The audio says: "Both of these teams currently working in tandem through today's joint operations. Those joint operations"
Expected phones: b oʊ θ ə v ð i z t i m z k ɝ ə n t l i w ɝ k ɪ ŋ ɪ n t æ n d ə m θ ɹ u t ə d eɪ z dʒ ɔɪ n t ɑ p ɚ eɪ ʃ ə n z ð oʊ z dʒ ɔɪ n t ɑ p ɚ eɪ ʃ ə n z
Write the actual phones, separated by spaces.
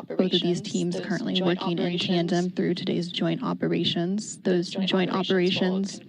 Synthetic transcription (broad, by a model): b oʊ θ ə v ð i z t i m z k ɝ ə n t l i w ɝ k ɪ ŋ ɪ n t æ n d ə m θ ɹ u t ə d eɪ z dʒ ɔɪ n t ɑ p ɚ eɪ ʃ ə n z ð oʊ z dʒ ɔɪ n t ɑ p ɚ eɪ ʃ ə n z